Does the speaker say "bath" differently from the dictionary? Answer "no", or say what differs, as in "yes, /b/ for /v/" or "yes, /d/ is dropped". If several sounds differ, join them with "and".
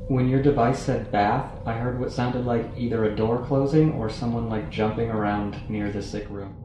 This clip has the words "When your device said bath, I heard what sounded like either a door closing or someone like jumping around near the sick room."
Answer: no